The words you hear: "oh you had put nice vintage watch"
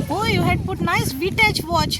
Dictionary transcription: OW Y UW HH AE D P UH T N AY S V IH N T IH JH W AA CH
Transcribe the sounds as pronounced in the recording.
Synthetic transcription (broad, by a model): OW Y UW HH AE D P UH T N AY S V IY T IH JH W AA CH